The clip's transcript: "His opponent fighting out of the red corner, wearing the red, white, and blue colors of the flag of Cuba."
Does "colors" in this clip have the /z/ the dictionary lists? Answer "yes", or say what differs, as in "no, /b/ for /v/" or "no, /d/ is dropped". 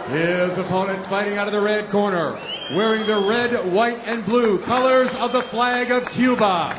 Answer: yes